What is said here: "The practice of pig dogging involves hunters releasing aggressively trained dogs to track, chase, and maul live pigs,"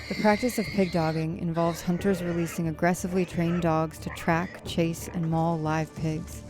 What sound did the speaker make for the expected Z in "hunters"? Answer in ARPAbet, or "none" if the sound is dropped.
Z